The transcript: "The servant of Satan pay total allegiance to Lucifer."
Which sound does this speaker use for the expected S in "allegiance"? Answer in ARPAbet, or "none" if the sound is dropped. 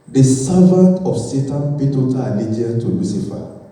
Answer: none